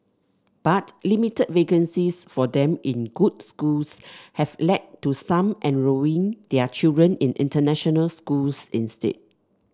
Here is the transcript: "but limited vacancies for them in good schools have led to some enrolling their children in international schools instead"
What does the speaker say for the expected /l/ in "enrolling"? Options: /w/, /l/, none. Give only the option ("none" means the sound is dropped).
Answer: none